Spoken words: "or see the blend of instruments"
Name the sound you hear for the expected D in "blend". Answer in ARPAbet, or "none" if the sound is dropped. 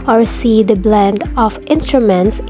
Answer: D